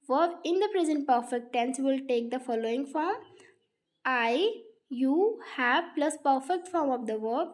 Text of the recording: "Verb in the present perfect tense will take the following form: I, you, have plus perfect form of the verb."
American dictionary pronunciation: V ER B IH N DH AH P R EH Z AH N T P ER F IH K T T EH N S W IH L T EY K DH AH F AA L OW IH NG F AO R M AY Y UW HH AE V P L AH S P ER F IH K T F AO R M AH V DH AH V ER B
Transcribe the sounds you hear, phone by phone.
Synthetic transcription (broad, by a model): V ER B IH N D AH P R EH Z AH N T P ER F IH K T T EH N S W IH L T EY K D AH F AA L OW IH NG F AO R M AY Y UW HH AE B P L AH S P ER F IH K T F AO R M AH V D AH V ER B